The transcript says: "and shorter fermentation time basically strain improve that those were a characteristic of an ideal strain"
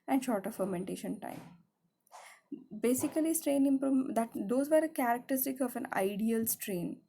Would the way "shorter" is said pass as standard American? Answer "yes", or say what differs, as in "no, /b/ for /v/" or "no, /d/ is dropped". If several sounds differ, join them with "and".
yes